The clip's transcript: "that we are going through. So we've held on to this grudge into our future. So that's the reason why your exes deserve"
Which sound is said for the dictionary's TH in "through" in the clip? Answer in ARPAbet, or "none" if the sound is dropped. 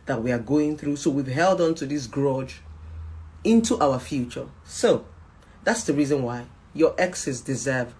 TH